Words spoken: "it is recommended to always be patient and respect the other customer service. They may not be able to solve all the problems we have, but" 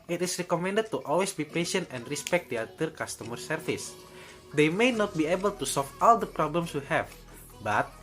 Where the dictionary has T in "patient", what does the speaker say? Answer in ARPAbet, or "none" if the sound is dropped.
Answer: T